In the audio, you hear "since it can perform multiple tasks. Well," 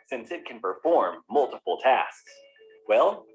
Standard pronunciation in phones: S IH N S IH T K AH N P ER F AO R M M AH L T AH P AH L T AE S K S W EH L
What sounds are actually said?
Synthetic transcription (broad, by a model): S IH N S IH T K AH N P ER F AO R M M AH L T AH P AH L T AE S K S W EH L